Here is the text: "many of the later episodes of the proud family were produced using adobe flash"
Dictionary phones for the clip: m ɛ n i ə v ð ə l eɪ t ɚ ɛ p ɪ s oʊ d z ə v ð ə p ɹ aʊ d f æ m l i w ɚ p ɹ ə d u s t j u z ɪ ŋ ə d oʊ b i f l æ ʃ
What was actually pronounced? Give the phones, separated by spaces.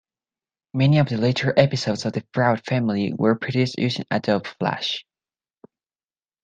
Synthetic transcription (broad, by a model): m ɛ n i ə v ð ə l eɪ t ɚ ɛ p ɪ s oʊ d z ə v ð ə f ɹ aʊ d f æ m l i w ɚ p ɹ ə d u s t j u s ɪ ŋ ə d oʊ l f l æ ʃ